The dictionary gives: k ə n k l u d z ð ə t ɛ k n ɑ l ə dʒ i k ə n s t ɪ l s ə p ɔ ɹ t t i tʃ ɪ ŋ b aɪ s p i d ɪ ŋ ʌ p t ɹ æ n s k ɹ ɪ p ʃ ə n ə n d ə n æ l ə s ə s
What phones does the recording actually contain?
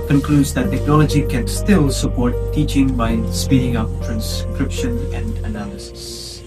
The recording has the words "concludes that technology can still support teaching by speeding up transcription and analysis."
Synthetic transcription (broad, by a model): k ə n k l u d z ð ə t ɛ k n ɑ l ə dʒ i k ə n s t ɪ l s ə p ɔ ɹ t t i tʃ ɪ ŋ b aɪ s p i d ɪ ŋ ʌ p t ɹ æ n s k ɹ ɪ p ʃ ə n ə n d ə n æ l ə s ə s